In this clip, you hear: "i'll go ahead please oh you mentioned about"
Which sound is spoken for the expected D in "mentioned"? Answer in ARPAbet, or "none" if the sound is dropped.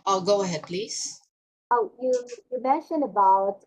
none